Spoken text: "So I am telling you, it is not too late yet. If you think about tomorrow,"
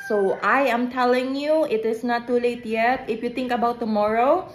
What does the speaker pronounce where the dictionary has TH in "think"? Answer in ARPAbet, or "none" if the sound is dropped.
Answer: T